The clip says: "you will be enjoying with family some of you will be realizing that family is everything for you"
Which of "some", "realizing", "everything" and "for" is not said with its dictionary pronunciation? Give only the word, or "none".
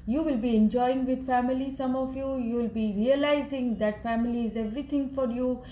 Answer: everything